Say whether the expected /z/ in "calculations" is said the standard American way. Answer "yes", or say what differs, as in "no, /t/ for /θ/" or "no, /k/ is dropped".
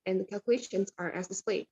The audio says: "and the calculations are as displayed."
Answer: yes